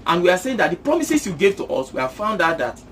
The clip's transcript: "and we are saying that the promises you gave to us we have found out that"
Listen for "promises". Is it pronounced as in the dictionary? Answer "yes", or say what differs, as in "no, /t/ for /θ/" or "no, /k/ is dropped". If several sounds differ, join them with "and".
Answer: no, /s/ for /z/